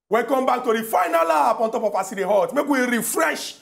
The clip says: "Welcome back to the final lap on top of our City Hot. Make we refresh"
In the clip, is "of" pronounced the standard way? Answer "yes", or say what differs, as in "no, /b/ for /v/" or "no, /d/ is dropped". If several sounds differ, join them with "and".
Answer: no, /p/ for /v/